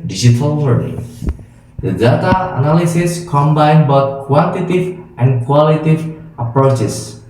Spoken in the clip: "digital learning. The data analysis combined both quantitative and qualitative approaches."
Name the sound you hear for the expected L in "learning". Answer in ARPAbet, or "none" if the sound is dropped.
W